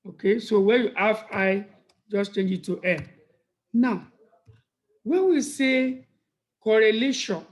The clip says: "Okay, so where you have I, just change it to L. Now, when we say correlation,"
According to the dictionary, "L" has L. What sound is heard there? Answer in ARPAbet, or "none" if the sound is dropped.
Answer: N